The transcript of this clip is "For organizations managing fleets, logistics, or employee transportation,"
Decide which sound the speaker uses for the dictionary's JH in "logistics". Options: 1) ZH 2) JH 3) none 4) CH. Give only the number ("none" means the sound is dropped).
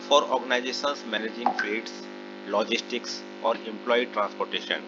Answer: 2